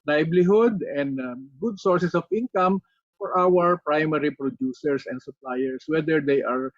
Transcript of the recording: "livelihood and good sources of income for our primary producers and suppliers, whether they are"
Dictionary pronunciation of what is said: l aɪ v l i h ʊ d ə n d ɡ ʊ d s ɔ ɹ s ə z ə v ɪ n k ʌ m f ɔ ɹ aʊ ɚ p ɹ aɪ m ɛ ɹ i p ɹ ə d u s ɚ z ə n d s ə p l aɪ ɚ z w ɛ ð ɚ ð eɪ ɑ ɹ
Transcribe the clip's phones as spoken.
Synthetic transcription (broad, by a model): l aɪ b l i h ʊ d ə n d ɡ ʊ d s ɔ ɹ s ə s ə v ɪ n k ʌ m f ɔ ɹ aʊ ɚ p ɹ aɪ m ɛ ɹ i p ɹ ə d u s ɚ s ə n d s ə p l aɪ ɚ s w ɛ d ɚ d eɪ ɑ ɹ